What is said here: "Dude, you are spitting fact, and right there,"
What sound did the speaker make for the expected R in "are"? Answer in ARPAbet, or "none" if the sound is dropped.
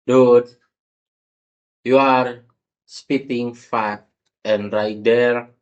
R